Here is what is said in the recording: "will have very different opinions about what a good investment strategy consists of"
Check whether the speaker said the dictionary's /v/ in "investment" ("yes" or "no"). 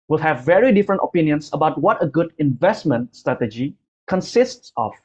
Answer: yes